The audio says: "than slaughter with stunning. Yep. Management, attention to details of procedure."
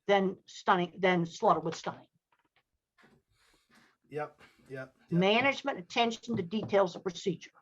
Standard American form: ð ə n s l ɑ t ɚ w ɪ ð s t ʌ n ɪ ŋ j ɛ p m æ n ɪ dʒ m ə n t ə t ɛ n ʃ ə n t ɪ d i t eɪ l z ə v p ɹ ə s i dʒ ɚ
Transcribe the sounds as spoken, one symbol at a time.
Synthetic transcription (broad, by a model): ð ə n s l ɑ t ɚ w ɪ ð s t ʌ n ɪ ŋ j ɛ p m æ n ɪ dʒ m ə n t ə t ɛ n ʃ n t ɪ d i t eɪ l z ə v p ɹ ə s i dʒ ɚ